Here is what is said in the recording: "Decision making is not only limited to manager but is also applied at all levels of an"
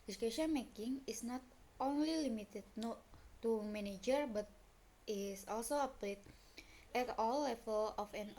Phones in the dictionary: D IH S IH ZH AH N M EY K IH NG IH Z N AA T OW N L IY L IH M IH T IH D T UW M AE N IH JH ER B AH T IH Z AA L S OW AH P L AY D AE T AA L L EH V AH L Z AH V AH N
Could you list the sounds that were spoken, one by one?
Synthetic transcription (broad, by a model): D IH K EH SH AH N M EY K IH NG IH S N AA T OW N L IY L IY M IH T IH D T UW M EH N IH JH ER B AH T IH S AA L S OW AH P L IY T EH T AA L L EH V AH L AH F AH N